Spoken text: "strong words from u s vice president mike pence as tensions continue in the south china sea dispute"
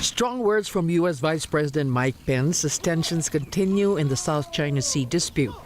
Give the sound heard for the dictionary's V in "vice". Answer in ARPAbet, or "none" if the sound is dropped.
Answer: V